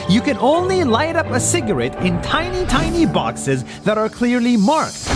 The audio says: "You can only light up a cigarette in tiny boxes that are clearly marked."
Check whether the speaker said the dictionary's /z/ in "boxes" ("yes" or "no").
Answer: yes